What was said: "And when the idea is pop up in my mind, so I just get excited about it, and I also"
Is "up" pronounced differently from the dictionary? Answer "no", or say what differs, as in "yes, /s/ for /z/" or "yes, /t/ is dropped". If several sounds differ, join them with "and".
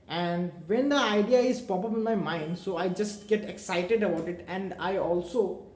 yes, /b/ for /p/